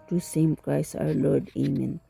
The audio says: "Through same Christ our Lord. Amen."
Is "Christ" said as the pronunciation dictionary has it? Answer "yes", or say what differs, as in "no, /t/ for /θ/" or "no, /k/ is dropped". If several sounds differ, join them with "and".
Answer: no, /t/ is dropped